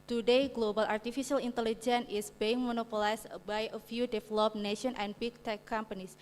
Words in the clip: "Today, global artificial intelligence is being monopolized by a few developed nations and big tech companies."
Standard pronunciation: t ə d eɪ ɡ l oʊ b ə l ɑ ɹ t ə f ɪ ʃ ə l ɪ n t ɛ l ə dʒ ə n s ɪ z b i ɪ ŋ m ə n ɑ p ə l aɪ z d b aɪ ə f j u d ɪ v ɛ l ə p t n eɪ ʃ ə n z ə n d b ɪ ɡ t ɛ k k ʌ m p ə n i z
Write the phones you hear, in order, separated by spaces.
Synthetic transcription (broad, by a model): t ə d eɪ ɡ l oʊ b ə l ɑ ɹ t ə f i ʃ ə l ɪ n t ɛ l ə dʒ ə n ɪ s b i ɪ ŋ m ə n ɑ p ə l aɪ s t b aɪ ə f j u d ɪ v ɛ l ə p n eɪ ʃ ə n ə n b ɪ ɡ t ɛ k k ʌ m p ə n i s